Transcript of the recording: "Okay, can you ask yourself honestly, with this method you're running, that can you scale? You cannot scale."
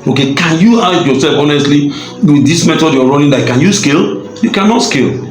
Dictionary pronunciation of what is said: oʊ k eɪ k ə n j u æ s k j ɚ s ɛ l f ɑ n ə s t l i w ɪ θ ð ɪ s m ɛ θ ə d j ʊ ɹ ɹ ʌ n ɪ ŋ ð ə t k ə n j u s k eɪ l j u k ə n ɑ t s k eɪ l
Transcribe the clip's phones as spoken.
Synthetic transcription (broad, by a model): oʊ k eɪ k ə n j u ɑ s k j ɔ s ɛ l f ɑ n ə s t l i w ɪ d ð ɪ s m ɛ t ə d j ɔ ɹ ɹ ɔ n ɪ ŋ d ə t k ə n j u s k eɪ l j u k ə n ɑ t s k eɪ l